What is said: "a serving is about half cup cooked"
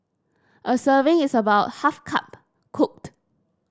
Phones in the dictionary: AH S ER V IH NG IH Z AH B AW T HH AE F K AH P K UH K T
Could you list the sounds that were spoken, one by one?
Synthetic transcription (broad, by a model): AH S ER V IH NG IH S AH B AW T HH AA F K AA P K UH K T